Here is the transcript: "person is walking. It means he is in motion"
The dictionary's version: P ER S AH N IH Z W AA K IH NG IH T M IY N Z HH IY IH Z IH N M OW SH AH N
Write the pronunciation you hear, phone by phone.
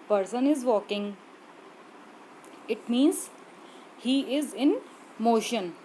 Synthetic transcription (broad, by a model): P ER S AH N IH Z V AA K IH NG IH T M IY N Z HH IY IH Z IH N M OW SH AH N